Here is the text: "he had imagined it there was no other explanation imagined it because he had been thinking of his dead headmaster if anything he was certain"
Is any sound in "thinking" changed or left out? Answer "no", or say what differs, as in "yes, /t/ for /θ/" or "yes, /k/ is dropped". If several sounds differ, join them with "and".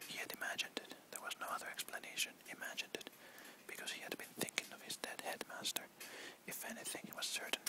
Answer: no